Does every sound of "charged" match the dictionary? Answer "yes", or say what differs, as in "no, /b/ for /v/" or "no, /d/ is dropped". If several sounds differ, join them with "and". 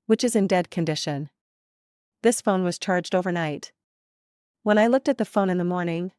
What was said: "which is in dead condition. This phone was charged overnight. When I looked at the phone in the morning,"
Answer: yes